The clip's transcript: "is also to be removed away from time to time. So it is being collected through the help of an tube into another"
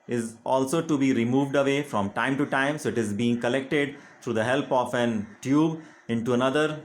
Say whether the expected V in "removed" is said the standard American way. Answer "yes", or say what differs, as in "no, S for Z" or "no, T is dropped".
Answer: yes